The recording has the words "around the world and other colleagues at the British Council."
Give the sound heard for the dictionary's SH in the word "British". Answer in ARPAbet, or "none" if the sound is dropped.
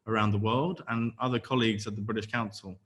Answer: SH